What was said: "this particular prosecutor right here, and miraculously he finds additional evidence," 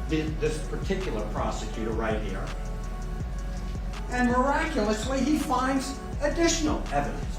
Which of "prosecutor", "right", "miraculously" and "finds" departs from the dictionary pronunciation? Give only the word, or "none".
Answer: none